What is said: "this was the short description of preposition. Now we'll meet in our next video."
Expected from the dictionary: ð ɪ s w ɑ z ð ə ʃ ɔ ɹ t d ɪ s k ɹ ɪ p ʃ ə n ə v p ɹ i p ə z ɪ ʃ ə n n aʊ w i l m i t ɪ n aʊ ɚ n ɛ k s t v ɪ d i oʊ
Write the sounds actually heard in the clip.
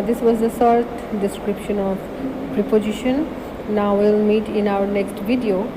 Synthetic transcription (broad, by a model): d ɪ s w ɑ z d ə s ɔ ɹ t d ɪ s k ɹ ɪ p ʃ ə n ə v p ɹ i p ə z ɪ ʃ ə n n aʊ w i l m i t ɪ n aʊ ɚ n ɛ k s t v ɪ d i oʊ